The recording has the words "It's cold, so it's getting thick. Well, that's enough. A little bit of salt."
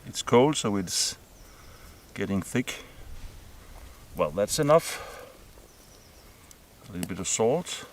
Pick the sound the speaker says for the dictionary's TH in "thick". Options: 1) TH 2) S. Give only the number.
1